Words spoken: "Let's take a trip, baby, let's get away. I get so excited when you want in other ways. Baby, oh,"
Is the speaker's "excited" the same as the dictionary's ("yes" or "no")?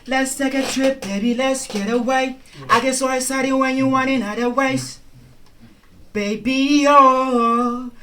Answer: no